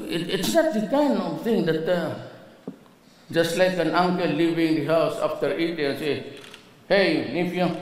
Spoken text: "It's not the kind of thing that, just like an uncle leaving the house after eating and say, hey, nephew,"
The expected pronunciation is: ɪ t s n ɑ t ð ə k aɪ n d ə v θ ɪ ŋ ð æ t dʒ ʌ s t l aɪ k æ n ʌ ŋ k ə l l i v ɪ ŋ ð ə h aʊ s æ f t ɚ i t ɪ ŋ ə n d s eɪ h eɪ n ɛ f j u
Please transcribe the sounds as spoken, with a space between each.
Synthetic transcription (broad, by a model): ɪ t s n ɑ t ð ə k aɪ n d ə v t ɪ ŋ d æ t dʒ ʌ s t l aɪ k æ n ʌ ŋ k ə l l i v ɪ ŋ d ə h aʊ s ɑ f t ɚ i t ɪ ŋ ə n s eɪ h eɪ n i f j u